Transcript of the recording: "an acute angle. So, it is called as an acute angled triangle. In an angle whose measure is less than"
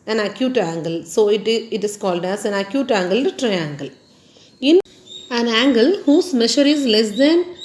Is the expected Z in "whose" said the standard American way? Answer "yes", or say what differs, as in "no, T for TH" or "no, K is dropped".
no, S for Z